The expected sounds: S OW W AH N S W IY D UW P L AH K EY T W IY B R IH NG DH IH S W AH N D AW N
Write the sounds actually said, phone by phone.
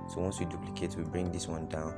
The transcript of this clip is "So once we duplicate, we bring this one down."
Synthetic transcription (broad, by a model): S OW W AH N S W IY D UW P L AH K EY T W IY B R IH NG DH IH S W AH N D AW N